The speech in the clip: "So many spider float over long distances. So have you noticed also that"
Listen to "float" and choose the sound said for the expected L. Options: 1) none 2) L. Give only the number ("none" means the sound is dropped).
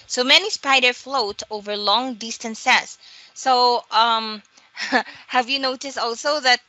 2